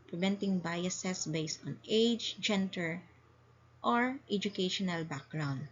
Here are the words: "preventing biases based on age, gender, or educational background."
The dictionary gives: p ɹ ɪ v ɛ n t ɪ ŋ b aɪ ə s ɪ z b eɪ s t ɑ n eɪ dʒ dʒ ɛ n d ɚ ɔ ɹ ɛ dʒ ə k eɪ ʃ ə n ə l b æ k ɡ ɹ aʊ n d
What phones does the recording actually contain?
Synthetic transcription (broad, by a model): p ɹ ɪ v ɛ n t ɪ ŋ b aɪ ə s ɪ s b eɪ s t ɑ n eɪ dʒ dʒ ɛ n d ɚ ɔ ɹ ɛ dʒ ə k eɪ ʃ ə n ə l b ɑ k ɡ ɹ aʊ n d